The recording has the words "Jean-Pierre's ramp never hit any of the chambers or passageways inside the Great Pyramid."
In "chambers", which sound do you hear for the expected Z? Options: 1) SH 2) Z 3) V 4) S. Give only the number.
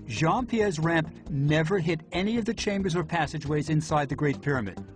2